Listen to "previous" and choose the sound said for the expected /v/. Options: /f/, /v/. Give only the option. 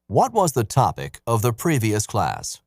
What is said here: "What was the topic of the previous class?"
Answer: /v/